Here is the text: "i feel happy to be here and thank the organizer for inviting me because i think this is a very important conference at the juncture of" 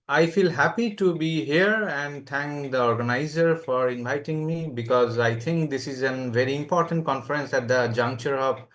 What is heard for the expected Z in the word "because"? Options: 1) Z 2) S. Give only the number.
1